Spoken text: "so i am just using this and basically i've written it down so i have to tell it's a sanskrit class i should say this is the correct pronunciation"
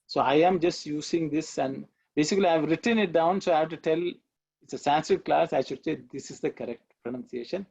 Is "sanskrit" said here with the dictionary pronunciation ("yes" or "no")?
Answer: no